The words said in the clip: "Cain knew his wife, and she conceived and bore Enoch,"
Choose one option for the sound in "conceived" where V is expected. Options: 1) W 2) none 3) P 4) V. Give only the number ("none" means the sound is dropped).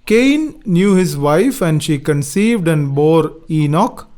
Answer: 4